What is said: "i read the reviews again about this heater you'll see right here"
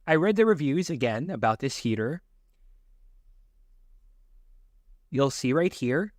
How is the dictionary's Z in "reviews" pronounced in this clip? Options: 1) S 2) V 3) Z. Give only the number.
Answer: 3